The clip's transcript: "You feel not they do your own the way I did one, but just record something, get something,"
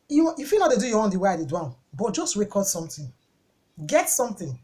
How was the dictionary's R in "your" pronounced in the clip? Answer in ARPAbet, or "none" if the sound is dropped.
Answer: W